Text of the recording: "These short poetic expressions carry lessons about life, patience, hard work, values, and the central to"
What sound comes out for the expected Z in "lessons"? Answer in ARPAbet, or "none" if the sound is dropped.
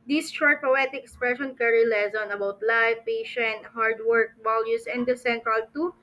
none